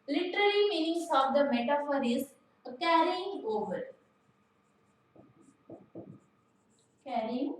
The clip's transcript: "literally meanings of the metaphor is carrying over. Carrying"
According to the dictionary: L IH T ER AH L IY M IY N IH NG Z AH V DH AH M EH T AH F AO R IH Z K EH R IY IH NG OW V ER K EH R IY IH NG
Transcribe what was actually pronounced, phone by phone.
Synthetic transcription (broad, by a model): L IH T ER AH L IY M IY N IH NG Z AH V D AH M EH T AH F AO R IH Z K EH R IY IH NG OW V ER K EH R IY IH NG